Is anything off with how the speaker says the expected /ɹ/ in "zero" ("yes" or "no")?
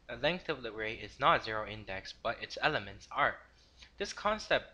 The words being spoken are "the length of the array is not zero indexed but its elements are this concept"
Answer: no